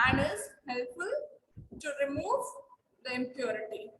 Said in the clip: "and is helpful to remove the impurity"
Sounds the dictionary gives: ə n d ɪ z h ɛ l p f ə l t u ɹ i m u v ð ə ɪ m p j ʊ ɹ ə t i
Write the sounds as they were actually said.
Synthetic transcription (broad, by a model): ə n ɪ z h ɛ l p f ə l t u ɹ i m u v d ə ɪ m p j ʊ ɹ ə t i